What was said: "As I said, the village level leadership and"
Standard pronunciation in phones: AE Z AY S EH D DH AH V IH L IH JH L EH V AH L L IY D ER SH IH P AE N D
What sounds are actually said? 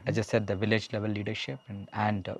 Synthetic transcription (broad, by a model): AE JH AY S EH D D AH V IH L IH JH L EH V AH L L IY D ER SH IH P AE N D